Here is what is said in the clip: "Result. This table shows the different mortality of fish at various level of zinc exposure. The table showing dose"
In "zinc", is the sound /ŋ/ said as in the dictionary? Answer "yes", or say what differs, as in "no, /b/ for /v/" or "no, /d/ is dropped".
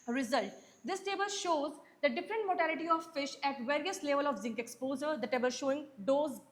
yes